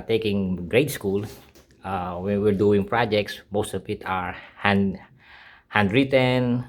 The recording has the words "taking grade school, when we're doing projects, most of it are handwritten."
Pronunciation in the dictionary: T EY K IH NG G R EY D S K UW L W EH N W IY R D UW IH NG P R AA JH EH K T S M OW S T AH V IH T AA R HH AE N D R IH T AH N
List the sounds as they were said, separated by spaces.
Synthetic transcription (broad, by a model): T EY K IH NG G R EY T S K UW L W EH N W IY R D UW IH NG P R AA JH EH K T S M OW S T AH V IH T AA R HH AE N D R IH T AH N